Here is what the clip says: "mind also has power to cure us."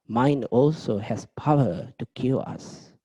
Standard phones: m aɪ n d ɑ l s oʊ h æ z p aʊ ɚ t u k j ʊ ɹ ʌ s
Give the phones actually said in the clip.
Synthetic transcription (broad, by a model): m aɪ n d ɑ l s oʊ h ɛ s p aʊ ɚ t u k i l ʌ s